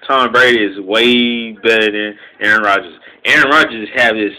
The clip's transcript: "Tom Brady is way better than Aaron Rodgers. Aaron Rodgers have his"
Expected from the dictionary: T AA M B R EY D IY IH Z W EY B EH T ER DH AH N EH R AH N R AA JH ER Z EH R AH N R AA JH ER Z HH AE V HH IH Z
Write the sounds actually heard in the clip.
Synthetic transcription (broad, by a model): T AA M B R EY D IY IH Z W EY B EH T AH N EH R AH N R AA JH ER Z EH R AH N R AA JH ER Z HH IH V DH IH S